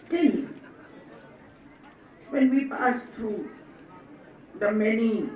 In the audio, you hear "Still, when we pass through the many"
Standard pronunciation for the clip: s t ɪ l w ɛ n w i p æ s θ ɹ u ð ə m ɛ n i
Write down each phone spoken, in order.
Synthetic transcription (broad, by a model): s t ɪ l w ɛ n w i p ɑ s t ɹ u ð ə m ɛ n i